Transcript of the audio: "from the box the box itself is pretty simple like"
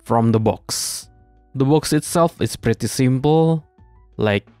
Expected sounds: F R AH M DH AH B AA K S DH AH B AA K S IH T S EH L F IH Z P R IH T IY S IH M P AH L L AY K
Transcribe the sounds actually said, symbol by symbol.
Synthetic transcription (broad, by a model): F R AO M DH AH B AA K S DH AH B AA K S IH T S EH L F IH S P R IH T IY S IH M P AH L L AY K